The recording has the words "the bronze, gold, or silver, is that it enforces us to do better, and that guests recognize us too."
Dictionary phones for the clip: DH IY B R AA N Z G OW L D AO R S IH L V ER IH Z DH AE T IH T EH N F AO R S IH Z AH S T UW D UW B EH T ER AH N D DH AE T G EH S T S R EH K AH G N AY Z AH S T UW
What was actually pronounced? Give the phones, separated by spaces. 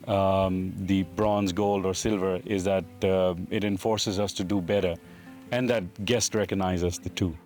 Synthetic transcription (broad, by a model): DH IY B R AA N Z G OW L D AO R S IH L V ER IH Z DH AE T IH T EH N F AO R S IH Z AH S T UW D UW B EH T ER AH N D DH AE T G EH S T R EH K AH G N AY Z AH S T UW